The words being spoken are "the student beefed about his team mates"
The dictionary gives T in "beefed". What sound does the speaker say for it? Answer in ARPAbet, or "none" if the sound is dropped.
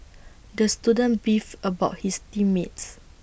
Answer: none